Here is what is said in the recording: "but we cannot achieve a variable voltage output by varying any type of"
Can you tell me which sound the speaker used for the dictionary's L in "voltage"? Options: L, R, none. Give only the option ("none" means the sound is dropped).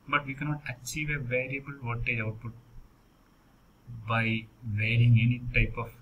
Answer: none